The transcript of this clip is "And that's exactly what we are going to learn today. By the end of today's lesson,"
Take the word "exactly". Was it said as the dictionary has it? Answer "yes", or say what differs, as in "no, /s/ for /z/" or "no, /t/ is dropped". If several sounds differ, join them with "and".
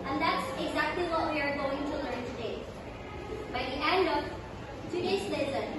yes